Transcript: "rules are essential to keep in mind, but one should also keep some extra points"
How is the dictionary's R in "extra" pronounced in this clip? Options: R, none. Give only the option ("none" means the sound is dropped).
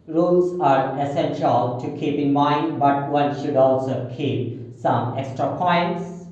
R